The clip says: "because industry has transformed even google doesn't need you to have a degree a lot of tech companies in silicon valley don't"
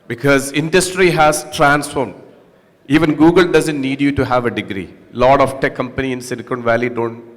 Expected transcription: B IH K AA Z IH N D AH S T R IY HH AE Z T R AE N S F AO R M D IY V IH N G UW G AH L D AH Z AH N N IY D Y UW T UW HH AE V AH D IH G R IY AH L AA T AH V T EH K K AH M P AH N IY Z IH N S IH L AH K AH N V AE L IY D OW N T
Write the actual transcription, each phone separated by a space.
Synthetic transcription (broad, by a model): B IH K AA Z IH N D AH S T R IY HH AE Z T R AE N S F AO R M D IY V IH N G UW G AH L D AH Z AH N N IY D Y UW T UW HH AE V AH D IH G R IY L AA T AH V T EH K K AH M P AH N IY IH N S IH N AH K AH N V AE L IY D OW N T